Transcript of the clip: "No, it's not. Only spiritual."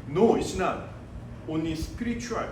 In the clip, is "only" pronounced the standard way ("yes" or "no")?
no